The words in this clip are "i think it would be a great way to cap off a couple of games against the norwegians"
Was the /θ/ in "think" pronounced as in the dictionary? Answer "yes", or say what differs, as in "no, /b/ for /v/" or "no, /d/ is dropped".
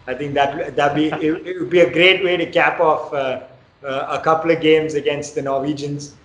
no, /t/ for /θ/